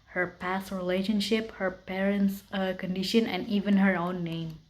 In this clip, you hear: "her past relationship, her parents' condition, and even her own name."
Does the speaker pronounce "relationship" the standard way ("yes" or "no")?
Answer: yes